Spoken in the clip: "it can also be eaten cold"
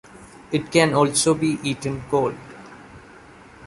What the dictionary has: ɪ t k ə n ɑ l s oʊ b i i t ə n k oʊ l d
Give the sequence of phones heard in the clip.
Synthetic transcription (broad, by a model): ɪ t k ə n ɑ l s oʊ b i i t ə n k oʊ l